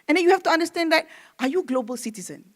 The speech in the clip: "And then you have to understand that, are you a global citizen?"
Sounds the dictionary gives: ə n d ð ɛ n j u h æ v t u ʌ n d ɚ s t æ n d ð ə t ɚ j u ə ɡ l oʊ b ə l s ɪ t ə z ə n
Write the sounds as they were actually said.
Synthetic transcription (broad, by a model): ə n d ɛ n j u h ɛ f t u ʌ n d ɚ s t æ n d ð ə t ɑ j u ɡ l oʊ b ə l s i t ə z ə n